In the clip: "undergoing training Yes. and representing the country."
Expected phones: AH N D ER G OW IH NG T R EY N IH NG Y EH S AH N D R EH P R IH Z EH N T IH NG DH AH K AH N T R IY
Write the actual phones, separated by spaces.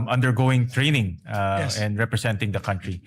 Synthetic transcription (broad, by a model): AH N D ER G OW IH NG T R EY N IH NG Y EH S AH N D R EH P R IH S EH N T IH NG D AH K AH N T R IY